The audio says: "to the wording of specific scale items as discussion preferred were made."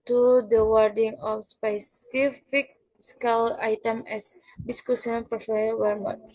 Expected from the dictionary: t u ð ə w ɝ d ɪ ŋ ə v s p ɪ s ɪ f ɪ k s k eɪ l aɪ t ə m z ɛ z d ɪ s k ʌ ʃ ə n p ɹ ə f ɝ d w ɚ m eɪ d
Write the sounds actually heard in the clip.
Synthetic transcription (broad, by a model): t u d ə w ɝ d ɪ ŋ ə f s p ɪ s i f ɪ k s k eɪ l aɪ t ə m ɛ s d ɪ s k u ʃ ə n p ɹ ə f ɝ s w ɚ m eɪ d